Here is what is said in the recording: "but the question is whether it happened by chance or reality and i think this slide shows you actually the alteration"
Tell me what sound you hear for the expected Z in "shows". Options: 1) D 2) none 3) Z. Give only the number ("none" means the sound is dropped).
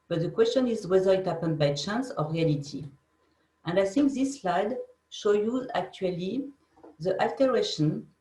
2